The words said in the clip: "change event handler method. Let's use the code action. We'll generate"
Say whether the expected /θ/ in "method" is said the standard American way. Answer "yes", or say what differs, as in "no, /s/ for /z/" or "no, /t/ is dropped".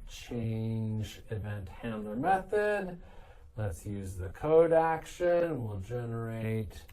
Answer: yes